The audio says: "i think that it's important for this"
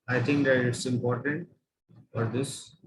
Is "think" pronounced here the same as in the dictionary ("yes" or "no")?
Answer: no